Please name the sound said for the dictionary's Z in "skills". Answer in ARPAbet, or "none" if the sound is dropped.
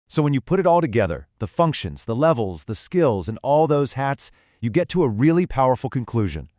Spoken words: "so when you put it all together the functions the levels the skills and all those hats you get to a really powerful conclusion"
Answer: Z